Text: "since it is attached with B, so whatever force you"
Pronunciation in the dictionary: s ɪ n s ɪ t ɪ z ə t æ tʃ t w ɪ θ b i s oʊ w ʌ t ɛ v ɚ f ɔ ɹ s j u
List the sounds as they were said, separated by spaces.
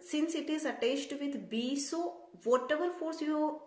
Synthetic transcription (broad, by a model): s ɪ n s ɪ t ɪ z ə t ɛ s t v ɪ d b i s oʊ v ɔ t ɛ v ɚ f ɔ ɹ s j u